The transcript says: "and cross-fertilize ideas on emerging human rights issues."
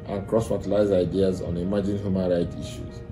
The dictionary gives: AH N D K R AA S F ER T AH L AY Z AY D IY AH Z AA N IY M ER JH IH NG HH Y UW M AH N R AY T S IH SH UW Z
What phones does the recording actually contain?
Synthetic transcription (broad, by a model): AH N K R AA S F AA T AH L AY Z AY D IY AH Z AA N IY M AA JH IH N HH Y UW M AH N R AY T IY SH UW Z